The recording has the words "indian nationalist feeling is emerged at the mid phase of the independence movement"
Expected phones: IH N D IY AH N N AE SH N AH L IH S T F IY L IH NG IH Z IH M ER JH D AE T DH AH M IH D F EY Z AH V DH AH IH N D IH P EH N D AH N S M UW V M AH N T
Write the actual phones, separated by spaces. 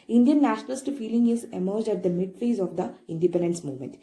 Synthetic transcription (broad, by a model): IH N D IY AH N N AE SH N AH L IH S T F IY L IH NG IH Z IH M ER JH D AE T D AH M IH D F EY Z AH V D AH IH N D IH P EH N D AH N S M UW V M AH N T